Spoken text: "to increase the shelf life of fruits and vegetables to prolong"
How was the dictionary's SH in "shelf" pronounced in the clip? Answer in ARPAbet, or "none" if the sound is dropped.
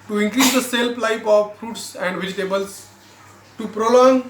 S